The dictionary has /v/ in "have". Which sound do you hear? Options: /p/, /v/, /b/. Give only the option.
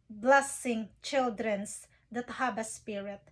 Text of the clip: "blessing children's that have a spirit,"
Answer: /b/